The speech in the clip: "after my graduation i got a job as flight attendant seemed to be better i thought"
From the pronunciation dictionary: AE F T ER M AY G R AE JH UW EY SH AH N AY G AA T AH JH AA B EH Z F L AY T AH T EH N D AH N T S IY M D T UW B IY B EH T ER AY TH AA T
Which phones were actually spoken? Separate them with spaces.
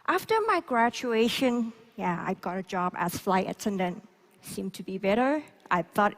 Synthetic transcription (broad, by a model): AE F T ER M AY G R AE CH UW EY SH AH N AY G AA T AH JH AA B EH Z F L AY T AH T EH N D AH N T S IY M T UW B IY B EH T ER AY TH AA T